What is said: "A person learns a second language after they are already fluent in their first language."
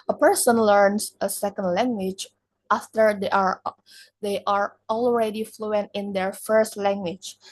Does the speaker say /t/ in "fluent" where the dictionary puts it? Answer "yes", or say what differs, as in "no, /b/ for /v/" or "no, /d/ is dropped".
yes